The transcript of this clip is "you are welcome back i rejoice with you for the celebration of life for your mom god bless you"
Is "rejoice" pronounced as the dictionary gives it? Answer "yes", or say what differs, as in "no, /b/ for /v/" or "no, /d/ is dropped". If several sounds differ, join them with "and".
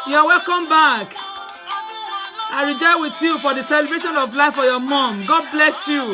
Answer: no, /s/ is dropped